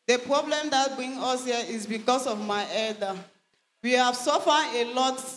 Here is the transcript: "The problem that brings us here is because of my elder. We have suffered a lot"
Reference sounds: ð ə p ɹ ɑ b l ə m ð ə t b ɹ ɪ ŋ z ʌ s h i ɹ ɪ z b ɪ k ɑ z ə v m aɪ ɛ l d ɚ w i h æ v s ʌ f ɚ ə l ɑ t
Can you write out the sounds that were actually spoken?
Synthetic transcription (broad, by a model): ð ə p ɹ ɑ b l ə m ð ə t b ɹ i ŋ ʌ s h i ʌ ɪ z b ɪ k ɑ s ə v m aɪ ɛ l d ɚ w i h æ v s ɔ f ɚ ə l ɑ t